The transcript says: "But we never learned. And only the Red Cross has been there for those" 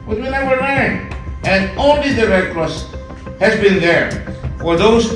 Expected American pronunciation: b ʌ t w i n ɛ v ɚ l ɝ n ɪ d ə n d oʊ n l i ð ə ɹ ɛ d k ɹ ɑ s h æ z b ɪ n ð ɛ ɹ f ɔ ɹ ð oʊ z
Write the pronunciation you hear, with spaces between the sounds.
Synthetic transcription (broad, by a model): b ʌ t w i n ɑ w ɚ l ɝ ɪ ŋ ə n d oʊ n l i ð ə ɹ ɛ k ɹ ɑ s h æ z b ɪ n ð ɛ ɹ f ɔ ɹ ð oʊ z